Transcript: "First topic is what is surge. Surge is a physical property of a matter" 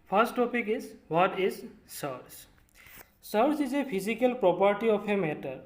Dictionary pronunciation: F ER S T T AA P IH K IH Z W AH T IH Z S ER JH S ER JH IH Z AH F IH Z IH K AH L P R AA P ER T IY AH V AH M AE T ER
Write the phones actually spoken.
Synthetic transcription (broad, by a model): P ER S T T AA P IH K IH Z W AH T IH Z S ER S S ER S IH Z AH P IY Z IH K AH L P R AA P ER T IY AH P AH M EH T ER